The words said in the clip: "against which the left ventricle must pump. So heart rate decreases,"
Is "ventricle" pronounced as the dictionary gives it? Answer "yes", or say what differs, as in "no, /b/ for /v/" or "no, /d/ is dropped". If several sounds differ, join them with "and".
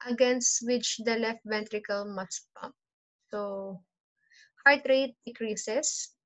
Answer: yes